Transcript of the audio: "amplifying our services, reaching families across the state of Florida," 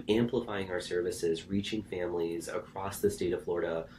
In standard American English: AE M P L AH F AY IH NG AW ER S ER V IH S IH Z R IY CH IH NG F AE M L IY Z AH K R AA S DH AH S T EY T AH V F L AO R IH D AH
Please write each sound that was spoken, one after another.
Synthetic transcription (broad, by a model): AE M P L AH F AY IH NG AW ER S ER V IH S IH Z R IY CH IH NG F AE M L IY Z AH K R AA S DH AH S T EY T AH V F L AO R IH D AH